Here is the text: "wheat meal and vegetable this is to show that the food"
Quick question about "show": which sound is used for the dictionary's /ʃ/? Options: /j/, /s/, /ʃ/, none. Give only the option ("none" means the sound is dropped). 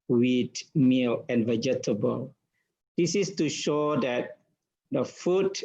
/ʃ/